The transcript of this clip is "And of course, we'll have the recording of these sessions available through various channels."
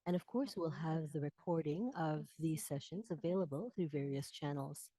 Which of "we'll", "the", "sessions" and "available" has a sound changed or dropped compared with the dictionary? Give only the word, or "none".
none